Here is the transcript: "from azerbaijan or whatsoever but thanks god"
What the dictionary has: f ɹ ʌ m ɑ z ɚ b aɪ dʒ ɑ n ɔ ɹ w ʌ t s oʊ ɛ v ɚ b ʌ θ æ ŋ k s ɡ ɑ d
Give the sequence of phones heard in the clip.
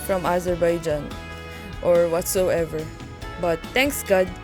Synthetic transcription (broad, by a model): f ɹ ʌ m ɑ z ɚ b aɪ dʒ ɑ n ɔ ɹ w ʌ t s oʊ ɛ v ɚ b ʌ t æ ŋ k s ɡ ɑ d